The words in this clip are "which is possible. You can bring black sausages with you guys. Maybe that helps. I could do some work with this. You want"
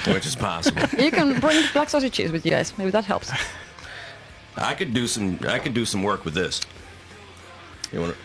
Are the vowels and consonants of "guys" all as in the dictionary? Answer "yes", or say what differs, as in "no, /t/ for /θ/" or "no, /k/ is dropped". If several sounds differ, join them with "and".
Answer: no, /s/ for /z/